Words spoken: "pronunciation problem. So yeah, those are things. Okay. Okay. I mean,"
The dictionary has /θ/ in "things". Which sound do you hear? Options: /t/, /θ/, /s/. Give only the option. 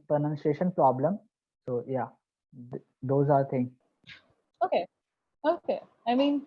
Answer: /t/